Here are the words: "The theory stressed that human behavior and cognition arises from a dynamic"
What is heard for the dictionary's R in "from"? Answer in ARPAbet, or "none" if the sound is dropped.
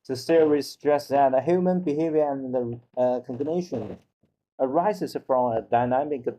R